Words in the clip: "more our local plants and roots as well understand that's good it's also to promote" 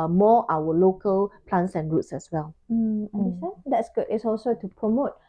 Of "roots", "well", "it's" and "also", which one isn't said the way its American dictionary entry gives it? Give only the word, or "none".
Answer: none